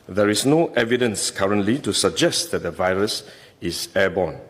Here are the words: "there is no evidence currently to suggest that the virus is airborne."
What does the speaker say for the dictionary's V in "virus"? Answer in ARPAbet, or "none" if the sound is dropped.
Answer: V